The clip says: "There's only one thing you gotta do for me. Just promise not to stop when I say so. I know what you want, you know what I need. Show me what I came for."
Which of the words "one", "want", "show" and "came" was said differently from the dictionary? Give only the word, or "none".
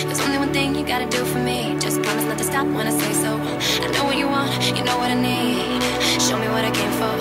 none